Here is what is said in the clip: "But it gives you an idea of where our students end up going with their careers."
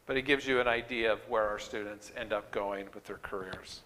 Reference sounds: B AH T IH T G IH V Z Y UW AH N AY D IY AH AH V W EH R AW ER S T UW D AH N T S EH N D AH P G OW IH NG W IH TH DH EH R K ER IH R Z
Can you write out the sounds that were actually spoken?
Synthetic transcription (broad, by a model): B AH T IH T G IH V Z Y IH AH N AY D IY AH AH V W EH R AW ER S T UW D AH N T S EH N D AH P G OW IH NG W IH DH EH R K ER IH R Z